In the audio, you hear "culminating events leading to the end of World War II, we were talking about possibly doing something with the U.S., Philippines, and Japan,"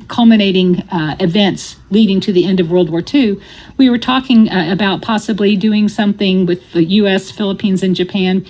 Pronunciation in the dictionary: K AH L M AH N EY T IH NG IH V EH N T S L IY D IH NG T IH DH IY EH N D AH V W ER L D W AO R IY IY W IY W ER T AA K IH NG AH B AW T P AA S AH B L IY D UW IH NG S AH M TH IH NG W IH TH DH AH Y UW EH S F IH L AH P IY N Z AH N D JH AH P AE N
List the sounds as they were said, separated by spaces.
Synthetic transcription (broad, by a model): K AH L M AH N EY T IH NG IH V EH N T S L IY D IH NG T IH DH IY EH N D AH V W ER L D W AO R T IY W IY W ER T AA K IH NG AH B AW T P AA S AH B L IY D UW IH NG S AH M TH IH NG W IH DH AH Y UW EH S F IH L AH P IY N Z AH N JH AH P AE N